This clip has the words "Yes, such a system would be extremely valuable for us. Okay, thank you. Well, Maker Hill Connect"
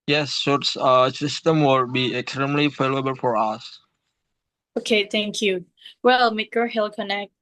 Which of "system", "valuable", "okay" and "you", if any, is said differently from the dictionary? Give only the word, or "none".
valuable